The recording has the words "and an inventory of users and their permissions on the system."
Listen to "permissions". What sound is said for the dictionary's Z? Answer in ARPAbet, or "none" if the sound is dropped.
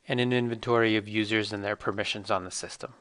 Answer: Z